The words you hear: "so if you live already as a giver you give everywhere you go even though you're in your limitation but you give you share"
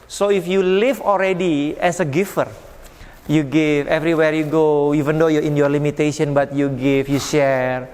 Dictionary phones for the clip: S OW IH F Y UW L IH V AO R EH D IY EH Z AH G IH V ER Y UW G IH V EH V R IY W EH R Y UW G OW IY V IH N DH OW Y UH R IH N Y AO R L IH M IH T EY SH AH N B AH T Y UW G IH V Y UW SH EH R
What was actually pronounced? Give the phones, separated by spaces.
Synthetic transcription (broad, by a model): S OW IH F Y UW L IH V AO L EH D IY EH S AH G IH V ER Y UW G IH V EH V R IY W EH R Y UW G OW IY V IH N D OW Y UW IH N Y AO R L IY M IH T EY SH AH N B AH T Y UW G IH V Y UW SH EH R